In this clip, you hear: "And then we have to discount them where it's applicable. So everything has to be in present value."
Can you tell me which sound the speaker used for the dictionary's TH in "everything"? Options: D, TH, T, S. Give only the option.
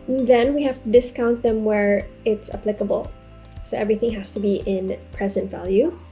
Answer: TH